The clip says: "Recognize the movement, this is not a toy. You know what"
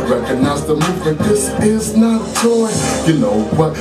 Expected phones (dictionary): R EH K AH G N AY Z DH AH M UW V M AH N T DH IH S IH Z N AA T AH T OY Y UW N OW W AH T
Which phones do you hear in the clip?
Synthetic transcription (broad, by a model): R EH K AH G N AY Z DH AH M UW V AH T DH IH S IH Z N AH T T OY Y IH N OW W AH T